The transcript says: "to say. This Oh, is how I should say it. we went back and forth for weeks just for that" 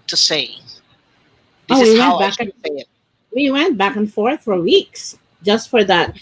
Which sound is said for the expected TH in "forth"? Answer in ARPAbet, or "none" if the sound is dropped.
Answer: TH